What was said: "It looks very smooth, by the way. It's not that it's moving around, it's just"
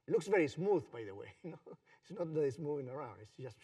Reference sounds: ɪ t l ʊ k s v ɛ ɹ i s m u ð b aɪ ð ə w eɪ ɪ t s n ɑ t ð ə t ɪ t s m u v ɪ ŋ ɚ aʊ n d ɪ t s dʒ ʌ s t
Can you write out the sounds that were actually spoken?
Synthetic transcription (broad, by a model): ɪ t l ʊ k s v ɛ ɹ i s m u ð b aɪ ð ə w eɪ ɪ t s n ɑ t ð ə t ɪ t s m u v ɪ ŋ ɚ aʊ n d ɪ t s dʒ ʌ s t